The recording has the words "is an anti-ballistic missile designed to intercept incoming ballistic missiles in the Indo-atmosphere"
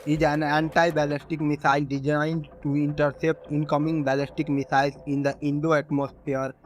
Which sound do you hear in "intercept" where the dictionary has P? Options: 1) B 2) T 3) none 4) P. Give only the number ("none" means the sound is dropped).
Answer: 4